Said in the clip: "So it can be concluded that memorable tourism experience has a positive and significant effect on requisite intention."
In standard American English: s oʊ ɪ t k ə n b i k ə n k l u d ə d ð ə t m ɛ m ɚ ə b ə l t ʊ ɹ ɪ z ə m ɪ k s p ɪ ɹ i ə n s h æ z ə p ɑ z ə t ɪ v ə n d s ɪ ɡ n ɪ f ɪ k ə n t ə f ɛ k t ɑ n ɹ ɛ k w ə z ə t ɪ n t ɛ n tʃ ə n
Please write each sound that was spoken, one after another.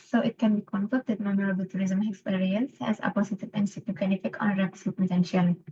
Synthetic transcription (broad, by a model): s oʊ ɪ t k ə n b i k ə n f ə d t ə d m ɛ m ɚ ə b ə l t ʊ ɹ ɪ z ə m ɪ k s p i ɹ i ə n s h æ z ə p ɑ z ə t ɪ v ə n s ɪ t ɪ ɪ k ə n ə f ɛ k ɑ n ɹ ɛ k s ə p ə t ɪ n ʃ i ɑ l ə